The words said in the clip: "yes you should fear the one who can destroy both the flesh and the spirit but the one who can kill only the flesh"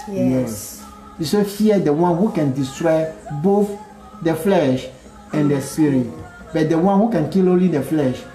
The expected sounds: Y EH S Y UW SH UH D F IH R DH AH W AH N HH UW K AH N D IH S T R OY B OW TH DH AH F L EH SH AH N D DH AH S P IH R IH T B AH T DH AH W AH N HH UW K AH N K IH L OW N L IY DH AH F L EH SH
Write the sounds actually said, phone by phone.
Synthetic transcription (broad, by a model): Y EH S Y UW S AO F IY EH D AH W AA N HH UW K AH N D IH S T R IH B OW TH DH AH F L EH SH AH N D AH S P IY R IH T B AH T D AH W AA N HH UW K AH N K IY L OW N L IY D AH F L EH SH